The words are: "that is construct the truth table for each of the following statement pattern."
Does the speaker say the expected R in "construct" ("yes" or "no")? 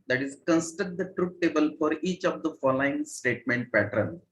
no